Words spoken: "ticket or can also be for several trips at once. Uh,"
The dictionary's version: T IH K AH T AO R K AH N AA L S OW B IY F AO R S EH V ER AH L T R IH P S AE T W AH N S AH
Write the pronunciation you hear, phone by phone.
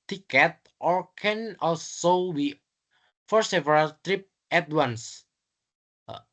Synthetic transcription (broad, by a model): T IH K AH T AO R K AH N AA L S OW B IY F AO R S EH V ER AH L T R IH P EH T W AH N S